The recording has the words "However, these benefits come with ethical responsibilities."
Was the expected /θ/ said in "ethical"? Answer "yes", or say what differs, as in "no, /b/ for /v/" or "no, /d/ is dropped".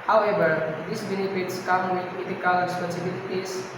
no, /t/ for /θ/